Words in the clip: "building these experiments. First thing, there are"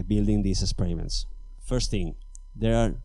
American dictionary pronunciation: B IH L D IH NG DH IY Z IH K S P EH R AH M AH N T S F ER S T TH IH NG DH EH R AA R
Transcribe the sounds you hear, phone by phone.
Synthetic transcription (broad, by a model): B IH L D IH NG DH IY S IH K S P EH R AH M AH N T S F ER S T TH IH NG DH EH R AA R